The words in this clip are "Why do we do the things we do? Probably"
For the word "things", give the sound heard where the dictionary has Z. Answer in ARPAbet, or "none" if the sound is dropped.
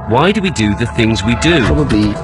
Z